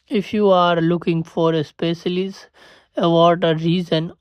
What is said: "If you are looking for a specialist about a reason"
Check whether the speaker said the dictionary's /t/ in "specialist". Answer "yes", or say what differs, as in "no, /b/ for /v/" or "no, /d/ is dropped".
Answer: no, /t/ is dropped